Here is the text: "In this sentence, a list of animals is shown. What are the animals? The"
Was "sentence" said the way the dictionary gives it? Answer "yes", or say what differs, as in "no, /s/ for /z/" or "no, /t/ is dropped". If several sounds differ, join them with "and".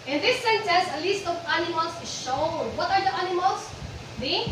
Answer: no, /s/ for /t/